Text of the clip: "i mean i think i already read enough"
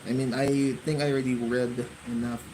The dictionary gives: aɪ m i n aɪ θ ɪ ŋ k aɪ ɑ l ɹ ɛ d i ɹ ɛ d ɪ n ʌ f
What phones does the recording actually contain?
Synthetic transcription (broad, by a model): aɪ m i n aɪ θ ɪ ŋ k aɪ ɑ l ɹ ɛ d i ɹ ɛ d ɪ n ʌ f